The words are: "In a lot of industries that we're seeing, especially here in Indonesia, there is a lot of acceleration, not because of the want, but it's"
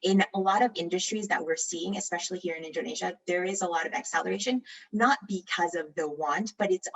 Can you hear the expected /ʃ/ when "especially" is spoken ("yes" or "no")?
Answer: yes